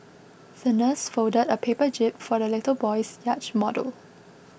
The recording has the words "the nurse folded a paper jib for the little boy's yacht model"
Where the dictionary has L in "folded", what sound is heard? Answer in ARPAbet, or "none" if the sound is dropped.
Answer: none